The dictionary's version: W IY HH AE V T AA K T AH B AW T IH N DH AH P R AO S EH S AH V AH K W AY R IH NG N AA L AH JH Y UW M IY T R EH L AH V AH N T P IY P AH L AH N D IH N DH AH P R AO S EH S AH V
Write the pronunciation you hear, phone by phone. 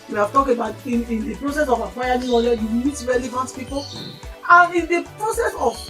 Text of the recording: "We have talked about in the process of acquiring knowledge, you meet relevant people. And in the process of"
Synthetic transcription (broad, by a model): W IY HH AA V T AA K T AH B AW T IH N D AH P R AO S EH S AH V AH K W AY IH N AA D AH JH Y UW M IY T R EH L AH V AH N T P IY P AH L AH N IH N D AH P R AO S EH S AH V